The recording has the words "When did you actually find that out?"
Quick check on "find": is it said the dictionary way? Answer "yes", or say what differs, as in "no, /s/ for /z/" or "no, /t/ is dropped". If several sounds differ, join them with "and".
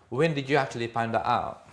no, /p/ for /f/